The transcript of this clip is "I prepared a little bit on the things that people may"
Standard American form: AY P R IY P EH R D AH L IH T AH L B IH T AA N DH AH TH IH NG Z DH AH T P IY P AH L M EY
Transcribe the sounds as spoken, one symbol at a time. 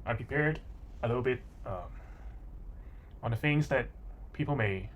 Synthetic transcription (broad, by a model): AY P R IY P EH R D AH L IH T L B IH T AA N DH AH F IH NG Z DH AH T P IY P L M EY